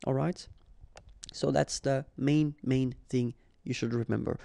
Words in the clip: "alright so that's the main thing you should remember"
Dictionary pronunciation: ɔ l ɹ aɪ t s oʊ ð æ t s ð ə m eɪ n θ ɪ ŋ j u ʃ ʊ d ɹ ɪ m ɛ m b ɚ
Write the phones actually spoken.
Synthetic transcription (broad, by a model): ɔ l ɹ aɪ t s oʊ ð æ t s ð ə m eɪ n θ ɪ ŋ j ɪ ʃ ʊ d ɹ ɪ m ɛ m b ɚ